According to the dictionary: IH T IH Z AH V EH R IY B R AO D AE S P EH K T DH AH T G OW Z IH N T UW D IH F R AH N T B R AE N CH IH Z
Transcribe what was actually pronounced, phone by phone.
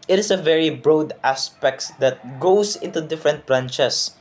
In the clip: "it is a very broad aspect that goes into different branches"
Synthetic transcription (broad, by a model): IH T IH S AH V EH R IY B R AO D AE S P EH K T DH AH T G OW S IH N T UW D IH F R AH N T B R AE N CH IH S